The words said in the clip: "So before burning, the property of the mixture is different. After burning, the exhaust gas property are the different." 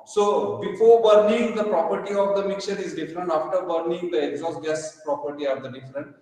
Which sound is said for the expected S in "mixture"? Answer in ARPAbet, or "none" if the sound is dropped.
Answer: none